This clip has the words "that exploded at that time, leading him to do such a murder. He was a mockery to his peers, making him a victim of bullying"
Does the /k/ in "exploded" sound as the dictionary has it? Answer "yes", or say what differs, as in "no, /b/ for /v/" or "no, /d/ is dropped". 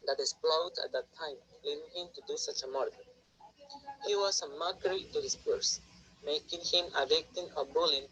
no, /k/ is dropped